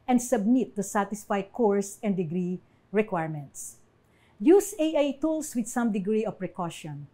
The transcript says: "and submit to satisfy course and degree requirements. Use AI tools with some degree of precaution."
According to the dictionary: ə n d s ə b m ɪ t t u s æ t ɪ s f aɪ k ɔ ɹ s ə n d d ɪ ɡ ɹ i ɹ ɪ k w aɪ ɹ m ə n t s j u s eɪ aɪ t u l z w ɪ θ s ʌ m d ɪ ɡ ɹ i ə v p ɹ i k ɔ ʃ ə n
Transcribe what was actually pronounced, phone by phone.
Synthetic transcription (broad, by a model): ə n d s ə b m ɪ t t u s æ t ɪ s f aɪ k ɔ ɹ s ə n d d ɪ ɡ ɹ i ɹ ɪ k w aɪ ɹ m ə n t s j u s eɪ aɪ t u l s w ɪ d s ʌ m d ɪ ɡ ɹ i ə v p ɹ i k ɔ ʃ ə n